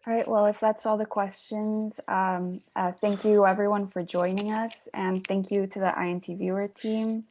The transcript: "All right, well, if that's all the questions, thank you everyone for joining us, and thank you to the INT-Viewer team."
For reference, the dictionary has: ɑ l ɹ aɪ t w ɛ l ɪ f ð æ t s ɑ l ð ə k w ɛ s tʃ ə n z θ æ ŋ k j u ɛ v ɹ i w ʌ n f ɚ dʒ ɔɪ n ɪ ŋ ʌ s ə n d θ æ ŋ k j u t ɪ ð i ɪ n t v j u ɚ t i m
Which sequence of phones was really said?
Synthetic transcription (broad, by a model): ɹ aɪ t w ɛ l ɪ f ð æ t s ɑ l ð ə k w ɛ s tʃ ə n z θ æ ŋ k j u ɛ v ɹ i w ʌ n f ɚ dʒ ɔɪ n ɪ ŋ ʌ s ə n θ æ ŋ k j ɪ t ɪ ð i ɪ n t v j u ɚ t i m